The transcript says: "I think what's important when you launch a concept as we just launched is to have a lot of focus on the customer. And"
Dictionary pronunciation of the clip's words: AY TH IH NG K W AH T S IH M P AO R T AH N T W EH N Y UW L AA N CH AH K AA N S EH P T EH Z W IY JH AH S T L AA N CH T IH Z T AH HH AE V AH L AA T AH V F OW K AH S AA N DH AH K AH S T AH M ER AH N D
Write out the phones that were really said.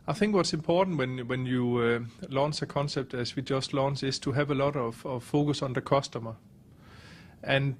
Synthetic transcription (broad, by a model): AY TH IH NG K W AH T S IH M P AO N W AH N W EH N Y UW L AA N S AH K AA N S EH P T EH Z W IY JH AH S T L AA N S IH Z T AH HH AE V AH L AA T AH V F OW K AH S N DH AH K AH S T AH M ER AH N